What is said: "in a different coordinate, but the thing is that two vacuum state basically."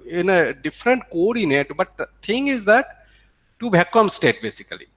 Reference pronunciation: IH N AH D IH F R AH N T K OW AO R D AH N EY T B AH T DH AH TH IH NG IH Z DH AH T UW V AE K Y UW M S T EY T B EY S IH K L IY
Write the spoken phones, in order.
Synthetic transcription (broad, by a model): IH N AH D IH F R AH N T K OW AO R D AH N EY T B AH T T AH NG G IH Z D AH T UW B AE K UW M S T EY T B EY S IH K L IY